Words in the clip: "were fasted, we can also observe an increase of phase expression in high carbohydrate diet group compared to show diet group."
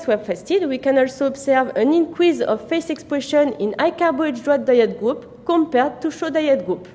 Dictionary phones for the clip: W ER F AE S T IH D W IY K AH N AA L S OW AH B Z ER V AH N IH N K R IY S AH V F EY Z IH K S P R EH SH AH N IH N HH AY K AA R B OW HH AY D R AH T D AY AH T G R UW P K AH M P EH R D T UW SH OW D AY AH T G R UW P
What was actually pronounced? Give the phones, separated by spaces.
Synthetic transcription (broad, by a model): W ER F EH S T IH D W IY K AH N AA L S OW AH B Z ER V AH N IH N K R IY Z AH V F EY S IH K S P R EH SH AH N IH N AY K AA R B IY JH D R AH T D AY AH T G R UW P K AH M P EH R D T UW SH OW D AY AH T G R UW P